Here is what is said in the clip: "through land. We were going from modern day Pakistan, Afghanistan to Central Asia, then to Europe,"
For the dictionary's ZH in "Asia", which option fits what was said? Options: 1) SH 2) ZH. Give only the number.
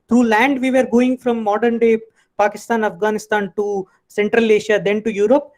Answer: 1